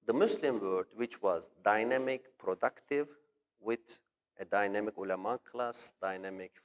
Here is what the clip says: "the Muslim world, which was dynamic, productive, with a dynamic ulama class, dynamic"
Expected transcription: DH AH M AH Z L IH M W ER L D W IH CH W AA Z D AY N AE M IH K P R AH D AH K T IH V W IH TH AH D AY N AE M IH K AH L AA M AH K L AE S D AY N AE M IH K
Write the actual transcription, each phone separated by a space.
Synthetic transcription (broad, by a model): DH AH M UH S L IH M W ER D W IH CH W AA Z D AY N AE M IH K P R AH D AH K T IH V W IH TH AH D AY N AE M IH K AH L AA M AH K L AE S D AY N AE M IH K